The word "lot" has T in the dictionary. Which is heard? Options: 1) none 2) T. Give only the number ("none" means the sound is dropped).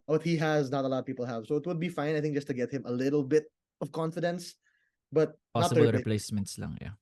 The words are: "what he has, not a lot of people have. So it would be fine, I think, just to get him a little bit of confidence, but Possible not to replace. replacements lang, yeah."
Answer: 1